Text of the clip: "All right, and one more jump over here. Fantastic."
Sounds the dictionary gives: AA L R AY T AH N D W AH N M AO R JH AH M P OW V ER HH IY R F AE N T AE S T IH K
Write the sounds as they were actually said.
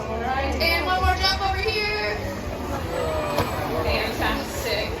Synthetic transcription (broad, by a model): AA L R AY T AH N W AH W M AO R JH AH P OW V ER HH IY R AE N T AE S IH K